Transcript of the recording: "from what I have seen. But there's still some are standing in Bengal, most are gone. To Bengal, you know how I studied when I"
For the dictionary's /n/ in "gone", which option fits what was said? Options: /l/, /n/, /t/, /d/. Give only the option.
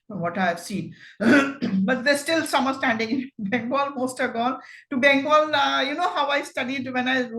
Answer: /l/